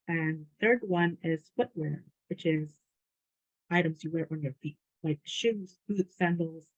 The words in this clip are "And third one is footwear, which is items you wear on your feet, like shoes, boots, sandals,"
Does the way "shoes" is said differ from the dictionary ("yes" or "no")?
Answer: no